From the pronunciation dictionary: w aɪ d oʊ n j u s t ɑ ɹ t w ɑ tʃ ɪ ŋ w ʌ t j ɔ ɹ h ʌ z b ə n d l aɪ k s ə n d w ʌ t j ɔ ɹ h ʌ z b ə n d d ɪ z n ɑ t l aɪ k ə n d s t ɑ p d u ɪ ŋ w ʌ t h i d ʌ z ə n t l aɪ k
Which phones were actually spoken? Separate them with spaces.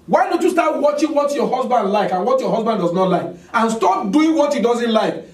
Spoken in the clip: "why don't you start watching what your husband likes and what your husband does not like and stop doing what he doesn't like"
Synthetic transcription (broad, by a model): w aɪ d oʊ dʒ j u s t ɑ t w ɑ tʃ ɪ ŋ w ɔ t j ɔ h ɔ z b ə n d l aɪ k ə n w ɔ t j ɔ h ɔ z b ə n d d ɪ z n ɑ t l aɪ k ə n s t ɑ p d u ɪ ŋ w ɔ t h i d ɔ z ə n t l aɪ k